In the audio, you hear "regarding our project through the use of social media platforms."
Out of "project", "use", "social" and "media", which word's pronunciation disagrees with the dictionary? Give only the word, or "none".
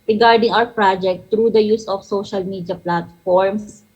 none